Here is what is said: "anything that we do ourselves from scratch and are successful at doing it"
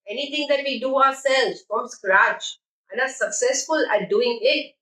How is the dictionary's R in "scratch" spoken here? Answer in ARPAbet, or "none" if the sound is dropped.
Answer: R